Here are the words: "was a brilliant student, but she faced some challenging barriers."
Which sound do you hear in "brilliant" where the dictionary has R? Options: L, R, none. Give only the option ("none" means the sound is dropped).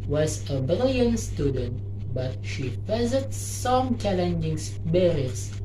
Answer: none